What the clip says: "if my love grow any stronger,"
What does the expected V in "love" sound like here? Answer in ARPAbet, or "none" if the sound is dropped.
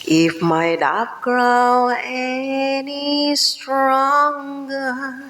P